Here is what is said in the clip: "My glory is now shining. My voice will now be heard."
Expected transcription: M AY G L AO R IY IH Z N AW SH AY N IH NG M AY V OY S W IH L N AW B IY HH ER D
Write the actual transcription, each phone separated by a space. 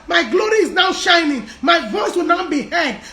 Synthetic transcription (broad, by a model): M AY G L AO R IY IH Z N AW SH AY N IH NG M AY V OY S W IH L N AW B IY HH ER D